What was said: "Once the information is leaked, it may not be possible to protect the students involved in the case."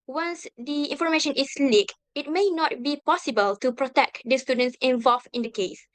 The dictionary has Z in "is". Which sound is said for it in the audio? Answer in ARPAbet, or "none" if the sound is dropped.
S